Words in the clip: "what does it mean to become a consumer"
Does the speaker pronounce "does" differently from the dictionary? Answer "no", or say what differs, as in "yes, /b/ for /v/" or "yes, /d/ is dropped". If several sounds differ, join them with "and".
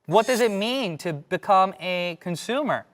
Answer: no